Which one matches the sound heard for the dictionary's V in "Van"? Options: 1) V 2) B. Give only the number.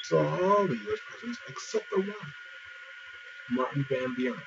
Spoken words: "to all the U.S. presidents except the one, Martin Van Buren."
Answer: 2